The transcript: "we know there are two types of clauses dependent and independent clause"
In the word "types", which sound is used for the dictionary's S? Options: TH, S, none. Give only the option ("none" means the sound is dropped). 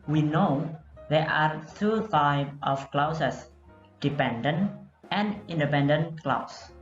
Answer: none